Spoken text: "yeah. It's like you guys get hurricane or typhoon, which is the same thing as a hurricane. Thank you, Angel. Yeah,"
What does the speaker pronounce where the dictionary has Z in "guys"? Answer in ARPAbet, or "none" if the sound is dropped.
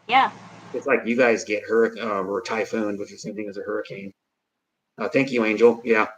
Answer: Z